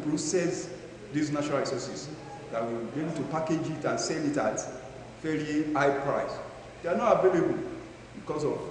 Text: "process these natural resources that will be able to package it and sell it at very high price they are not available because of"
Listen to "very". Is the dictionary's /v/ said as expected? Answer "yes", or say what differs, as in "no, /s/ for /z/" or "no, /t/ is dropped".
no, /f/ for /v/